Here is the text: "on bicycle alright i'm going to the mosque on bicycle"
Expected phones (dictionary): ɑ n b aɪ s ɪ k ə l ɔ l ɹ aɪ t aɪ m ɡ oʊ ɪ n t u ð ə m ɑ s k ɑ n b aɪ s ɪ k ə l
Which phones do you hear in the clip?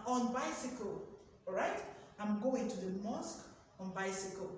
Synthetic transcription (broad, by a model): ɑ n b aɪ s ɪ k ə l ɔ ɹ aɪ t aɪ m ɡ oʊ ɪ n t u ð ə m ɑ s k ɑ n b aɪ s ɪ k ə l